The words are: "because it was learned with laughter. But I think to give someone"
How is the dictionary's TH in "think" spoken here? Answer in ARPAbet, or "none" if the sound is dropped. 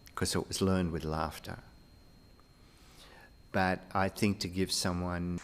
TH